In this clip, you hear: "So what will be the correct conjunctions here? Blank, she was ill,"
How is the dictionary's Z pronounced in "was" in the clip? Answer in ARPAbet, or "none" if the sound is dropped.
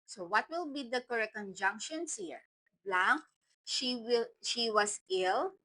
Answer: S